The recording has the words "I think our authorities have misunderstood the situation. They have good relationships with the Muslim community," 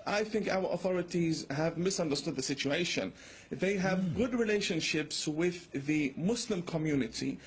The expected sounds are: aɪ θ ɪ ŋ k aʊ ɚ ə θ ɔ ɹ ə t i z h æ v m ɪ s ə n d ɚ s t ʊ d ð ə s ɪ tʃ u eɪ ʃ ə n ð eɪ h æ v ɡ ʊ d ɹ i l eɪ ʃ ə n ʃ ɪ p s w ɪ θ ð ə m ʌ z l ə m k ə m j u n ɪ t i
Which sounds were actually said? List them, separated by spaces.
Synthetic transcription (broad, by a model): aɪ θ ɪ ŋ k aʊ ɚ ə θ ɔ ɹ ə t i z h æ v m ɪ s ə n d ɚ s t ʊ d ð ə s ɪ tʃ u eɪ ʃ ə n ð eɪ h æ v ɡ ʊ d ɹ i l eɪ ʃ ə n ʃ ɪ p s w ɪ ð ə m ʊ s l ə m k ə m j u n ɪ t i